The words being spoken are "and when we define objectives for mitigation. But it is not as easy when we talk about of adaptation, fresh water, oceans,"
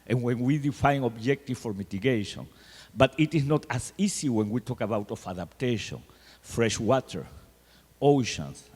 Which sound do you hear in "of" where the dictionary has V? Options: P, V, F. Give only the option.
F